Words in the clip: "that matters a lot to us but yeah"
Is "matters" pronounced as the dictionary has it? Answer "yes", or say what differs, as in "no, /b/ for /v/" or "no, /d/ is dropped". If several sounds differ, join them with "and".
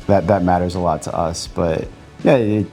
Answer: yes